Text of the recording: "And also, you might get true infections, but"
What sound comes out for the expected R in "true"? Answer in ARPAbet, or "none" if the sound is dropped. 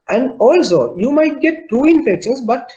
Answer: none